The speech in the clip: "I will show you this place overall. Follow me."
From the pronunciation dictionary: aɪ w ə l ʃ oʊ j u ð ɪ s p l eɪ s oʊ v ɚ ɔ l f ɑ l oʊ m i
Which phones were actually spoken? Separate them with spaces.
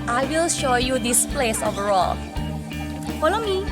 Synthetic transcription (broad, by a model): aɪ w ə l ʃ oʊ j u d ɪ s p l eɪ s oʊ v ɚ ɔ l f ɑ l oʊ m i